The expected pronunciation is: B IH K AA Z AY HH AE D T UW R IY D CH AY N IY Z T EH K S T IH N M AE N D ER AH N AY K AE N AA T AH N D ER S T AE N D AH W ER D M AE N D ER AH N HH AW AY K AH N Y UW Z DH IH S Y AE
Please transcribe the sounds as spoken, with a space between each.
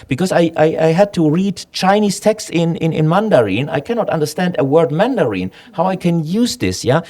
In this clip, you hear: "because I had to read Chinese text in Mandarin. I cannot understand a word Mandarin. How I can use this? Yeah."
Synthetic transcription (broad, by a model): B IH K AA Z AY HH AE D T UW R IY D CH AY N IY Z T EH K S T IH N M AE N D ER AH N AY K AE N AA T AH N D ER S T AE N D AH W ER D M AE N D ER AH N HH AW AY K AH N Y UW Z DH IH S Y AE